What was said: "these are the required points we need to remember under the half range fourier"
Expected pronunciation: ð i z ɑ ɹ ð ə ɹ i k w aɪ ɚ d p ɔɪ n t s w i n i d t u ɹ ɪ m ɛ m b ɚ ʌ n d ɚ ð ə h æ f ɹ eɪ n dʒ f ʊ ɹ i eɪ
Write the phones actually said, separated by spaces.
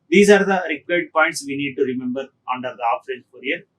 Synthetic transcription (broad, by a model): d i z ɑ ɹ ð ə ɹ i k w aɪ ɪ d p ɔɪ n t s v i n i d t u ɹ ɪ m ɛ m b ɚ ʌ n d ɚ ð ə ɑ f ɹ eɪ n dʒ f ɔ ɹ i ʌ